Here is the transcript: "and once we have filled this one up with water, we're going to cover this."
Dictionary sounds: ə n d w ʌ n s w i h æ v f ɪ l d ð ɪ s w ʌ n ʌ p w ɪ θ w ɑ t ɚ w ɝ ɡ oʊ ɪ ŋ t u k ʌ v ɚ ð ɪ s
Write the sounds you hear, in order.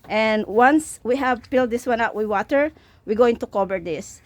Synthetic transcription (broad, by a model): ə n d w ʌ n s w i h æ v p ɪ l d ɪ s w ʌ n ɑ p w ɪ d w ɑ t ɚ w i ɡ oʊ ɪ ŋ t u k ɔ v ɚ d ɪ s